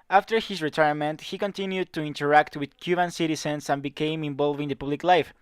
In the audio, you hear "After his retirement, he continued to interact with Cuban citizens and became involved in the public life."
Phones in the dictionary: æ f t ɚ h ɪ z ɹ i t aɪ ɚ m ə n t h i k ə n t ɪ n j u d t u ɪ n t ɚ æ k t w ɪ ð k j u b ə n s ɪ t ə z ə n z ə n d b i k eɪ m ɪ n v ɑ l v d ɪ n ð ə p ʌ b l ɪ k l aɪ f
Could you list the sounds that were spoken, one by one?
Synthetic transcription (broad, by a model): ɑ f t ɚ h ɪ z ɹ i t aɪ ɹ m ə n t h i k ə n t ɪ n j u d t u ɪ n t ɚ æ k t w ɪ ð k j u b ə n s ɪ t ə s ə n s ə n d b i k eɪ m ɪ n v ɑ l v ɪ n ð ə p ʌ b l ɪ k l aɪ f